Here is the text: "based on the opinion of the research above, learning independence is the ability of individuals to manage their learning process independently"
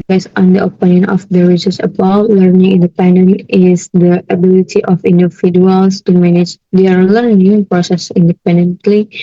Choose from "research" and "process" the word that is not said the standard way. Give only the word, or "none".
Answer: research